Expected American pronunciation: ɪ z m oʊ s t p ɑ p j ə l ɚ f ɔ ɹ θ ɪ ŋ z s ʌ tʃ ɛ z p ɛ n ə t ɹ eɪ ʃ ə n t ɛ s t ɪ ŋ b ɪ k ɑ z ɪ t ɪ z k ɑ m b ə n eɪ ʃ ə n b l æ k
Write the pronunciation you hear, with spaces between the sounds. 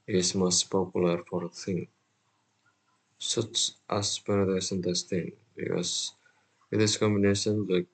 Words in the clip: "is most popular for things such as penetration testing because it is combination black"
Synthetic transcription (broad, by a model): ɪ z m oʊ s t p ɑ p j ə l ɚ f ɔ ɹ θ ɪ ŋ s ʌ tʃ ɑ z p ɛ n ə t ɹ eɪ s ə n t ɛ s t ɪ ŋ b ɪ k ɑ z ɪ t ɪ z k ɑ m b ə n eɪ ʃ ə n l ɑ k